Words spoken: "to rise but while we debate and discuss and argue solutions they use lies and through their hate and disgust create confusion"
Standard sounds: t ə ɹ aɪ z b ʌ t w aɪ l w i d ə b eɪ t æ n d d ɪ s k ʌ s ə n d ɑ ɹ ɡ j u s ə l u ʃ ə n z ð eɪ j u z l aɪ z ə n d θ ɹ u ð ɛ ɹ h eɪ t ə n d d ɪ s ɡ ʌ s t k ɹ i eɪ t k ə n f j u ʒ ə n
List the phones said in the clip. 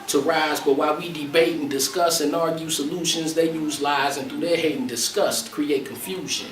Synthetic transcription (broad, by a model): t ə ɹ aɪ z b ʌ t w aɪ l w i d ə b eɪ t n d d ɪ s k ʌ s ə n ɑ ɹ ɡ j u s ə l u ʃ ə n z ð eɪ j u z l aɪ z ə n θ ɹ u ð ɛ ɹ h eɪ t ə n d d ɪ s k ʌ s t k ɹ i eɪ t k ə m f j u ʒ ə n